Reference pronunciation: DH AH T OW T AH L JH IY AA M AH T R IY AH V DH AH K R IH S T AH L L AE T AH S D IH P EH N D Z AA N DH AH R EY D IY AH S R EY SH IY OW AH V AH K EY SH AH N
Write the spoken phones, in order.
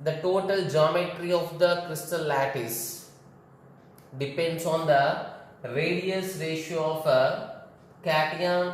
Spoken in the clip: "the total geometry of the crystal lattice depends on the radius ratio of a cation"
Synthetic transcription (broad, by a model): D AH T OW T AH L JH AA M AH T R IY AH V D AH K R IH S T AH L L AE T AH S D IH P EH N D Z AA N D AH R EY D IY AH S R EY SH IY OW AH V AH K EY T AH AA